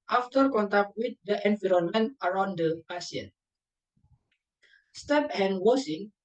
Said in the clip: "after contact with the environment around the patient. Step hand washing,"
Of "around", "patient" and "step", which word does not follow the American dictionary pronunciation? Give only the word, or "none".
patient